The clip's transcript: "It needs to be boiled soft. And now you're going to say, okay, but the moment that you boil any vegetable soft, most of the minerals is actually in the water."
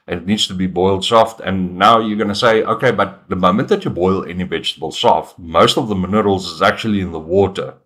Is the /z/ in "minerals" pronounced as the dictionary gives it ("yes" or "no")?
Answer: yes